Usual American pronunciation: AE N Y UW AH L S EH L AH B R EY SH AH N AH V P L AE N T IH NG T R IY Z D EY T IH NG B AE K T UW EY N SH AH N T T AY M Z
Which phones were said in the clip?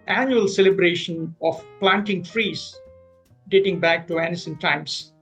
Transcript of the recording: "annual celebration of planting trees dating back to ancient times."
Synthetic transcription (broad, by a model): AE N Y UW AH L S EH L AH B R EY SH AH N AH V P L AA N T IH NG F R IY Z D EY T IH NG B AE K T UW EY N S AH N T T AY M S